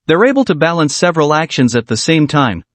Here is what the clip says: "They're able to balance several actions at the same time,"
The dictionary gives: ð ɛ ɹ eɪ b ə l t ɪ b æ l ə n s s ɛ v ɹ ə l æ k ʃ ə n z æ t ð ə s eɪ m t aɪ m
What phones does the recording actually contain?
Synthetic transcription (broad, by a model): ð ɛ ɹ eɪ b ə l t ɪ b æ l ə n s s ɛ v ɹ ə l æ k ʃ ə n z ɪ t ð ə s eɪ m t aɪ m